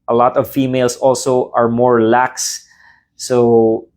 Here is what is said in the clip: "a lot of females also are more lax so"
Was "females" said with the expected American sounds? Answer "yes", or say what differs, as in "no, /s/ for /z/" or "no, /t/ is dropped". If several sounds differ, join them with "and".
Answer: no, /s/ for /z/